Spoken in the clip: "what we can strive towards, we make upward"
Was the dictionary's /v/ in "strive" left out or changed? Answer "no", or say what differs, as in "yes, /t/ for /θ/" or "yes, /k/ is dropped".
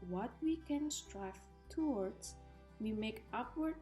yes, /f/ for /v/